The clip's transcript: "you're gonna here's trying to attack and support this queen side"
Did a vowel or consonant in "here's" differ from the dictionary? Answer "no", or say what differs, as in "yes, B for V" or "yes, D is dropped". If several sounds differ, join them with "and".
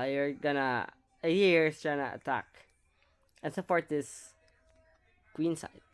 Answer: yes, S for Z